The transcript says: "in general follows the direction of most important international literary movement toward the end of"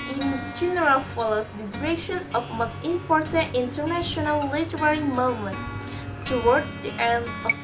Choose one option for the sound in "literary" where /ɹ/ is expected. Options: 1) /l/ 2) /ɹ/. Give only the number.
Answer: 2